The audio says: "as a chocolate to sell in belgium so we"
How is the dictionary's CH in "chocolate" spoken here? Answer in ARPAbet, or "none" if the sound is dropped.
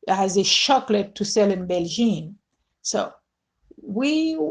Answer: SH